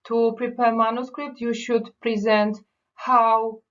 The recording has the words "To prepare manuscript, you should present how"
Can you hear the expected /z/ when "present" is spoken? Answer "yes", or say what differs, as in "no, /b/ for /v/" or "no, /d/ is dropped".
yes